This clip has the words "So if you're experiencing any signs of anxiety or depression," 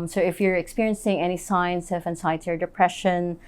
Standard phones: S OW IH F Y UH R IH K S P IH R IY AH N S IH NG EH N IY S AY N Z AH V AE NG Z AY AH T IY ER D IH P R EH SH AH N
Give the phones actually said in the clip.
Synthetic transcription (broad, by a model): S OW IH F Y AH R IH K S P IH R IY AH N S IH NG EH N IY S AY N S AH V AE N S AY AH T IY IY D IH P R EH SH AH N